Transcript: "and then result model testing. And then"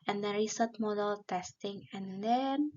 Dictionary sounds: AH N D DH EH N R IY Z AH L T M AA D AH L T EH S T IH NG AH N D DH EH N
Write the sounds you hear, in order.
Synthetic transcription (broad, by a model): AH N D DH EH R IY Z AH T M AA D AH L T EH S T IH NG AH N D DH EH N